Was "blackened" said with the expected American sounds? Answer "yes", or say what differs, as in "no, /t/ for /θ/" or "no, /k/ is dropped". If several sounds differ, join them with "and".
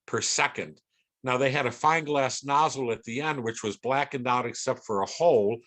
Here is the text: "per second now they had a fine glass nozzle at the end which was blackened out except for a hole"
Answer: yes